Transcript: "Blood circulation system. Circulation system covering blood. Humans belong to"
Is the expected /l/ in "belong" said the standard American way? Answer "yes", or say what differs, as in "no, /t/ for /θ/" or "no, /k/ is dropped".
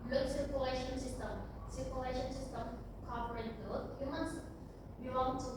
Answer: no, /w/ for /l/